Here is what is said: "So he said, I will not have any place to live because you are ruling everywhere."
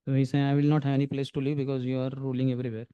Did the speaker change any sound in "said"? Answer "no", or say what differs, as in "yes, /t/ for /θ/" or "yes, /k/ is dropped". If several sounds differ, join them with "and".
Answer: yes, /d/ is dropped